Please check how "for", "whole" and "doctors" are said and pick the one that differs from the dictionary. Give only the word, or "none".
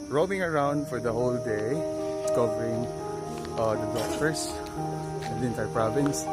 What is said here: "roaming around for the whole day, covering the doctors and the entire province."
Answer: doctors